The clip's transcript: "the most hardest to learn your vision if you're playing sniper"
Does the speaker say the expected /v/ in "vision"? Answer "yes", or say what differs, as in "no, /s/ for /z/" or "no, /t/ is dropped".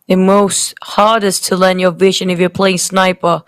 yes